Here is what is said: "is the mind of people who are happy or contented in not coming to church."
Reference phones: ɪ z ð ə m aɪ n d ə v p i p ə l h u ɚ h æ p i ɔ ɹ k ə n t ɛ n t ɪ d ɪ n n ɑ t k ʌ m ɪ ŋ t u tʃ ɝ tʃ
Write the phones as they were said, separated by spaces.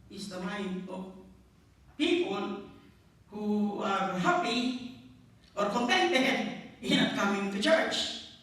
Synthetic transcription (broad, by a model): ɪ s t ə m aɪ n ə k p i p ə l h u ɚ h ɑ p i ɔ ɹ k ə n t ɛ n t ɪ ɪ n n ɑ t k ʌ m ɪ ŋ t u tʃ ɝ tʃ